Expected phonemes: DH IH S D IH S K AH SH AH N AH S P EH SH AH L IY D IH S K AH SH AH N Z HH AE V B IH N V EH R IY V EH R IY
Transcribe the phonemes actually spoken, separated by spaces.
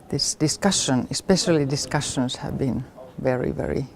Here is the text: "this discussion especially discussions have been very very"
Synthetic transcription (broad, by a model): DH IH S D IH S K AH SH AH N AH S P EH SH AH L IY D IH S K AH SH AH N S HH AE V B IH N V EH R IY V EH R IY